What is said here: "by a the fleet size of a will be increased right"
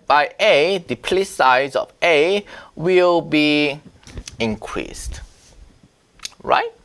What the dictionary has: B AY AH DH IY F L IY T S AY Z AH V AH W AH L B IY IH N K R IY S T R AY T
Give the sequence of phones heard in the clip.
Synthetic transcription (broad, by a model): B AY AH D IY P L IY S AY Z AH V AH W AH L B IY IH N K R IY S T R AY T